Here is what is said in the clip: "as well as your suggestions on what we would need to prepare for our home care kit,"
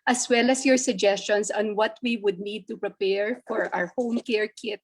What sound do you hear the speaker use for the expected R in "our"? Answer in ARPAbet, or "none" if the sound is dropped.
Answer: R